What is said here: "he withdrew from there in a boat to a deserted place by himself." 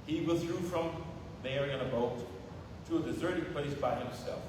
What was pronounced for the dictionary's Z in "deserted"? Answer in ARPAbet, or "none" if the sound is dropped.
Z